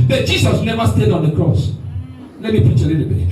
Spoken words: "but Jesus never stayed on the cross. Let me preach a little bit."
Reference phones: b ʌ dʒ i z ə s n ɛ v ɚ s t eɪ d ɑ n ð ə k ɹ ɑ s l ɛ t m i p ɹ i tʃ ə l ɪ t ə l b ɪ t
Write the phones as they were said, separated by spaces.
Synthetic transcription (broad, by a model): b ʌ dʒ i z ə s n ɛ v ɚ s t eɪ d ɑ n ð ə k ɹ ɑ s l ɛ t m i p ɹ i tʃ ə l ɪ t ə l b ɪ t